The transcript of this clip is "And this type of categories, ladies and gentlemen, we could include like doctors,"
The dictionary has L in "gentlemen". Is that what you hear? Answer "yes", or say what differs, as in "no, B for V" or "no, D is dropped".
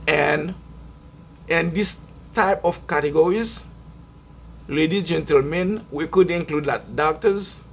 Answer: yes